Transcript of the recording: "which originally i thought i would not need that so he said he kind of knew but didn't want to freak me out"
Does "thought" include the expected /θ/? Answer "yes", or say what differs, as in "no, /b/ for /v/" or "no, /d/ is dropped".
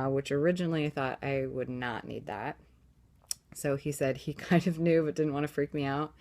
yes